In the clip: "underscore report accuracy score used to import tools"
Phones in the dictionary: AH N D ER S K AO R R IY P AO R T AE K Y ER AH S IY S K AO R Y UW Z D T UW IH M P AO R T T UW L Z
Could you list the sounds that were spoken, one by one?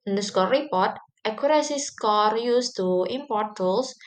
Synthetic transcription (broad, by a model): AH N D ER S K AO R R IY P AO R T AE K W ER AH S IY S K AO R Y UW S T UW IH M P AO R T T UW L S